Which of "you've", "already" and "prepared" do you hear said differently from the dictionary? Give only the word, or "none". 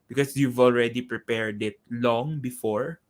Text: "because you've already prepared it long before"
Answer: none